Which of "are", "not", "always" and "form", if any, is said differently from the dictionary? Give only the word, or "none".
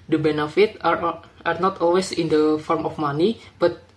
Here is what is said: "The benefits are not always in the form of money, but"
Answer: always